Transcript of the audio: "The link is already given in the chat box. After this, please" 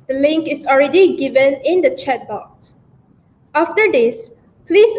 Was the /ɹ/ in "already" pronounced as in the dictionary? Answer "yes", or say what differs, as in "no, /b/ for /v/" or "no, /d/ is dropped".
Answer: yes